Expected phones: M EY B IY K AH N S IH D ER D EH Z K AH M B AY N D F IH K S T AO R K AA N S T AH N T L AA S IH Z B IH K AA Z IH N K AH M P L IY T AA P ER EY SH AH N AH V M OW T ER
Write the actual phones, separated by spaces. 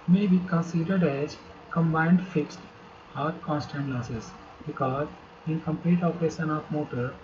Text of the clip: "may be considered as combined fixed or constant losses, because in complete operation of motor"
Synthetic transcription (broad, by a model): M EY B IY K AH N S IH D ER D EH Z K AH M B AY N D F IH K S T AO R K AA N S T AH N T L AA S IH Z B IH K AA Z IH N K AH M P L IY T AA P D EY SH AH N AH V M OW T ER